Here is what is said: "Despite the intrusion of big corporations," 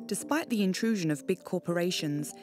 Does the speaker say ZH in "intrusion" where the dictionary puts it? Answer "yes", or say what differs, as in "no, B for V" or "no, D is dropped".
yes